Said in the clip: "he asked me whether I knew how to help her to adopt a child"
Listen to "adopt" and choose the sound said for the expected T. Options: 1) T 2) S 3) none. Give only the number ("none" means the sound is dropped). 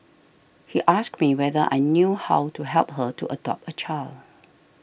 3